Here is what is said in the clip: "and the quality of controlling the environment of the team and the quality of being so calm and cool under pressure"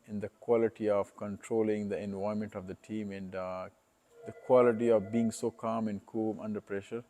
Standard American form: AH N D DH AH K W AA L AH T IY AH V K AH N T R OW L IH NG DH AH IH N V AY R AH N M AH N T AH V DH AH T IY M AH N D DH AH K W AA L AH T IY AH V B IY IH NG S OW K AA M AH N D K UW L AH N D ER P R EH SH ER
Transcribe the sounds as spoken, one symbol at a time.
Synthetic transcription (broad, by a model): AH N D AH K W AA L AH T IY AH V K AH N T R OW L IH NG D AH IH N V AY AH M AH N T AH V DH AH T IY M AH N D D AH K W AA L AH T IY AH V B IY IH NG S OW K AA M AH N D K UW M AH N D ER P R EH SH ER